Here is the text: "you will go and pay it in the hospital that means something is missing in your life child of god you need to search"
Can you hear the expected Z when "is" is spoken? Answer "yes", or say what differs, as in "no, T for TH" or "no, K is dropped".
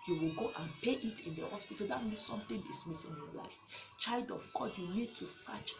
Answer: no, S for Z